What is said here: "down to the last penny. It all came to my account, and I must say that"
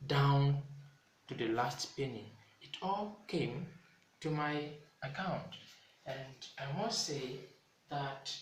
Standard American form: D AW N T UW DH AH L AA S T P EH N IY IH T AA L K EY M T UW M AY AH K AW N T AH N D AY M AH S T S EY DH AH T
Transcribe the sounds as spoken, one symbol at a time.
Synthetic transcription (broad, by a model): D AW N T UW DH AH L AA S T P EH N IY IH T AA L K EY M T UW M AY AH K AW N T AH N D AY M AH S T S EY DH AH T